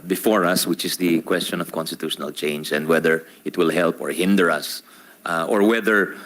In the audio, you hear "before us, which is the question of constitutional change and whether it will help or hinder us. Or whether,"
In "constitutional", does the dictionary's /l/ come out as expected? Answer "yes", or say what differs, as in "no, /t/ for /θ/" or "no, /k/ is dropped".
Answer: yes